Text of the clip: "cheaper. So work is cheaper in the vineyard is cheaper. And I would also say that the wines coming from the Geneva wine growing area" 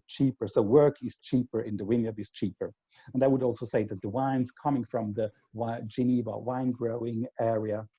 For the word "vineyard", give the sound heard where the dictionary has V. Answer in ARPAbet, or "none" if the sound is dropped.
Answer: W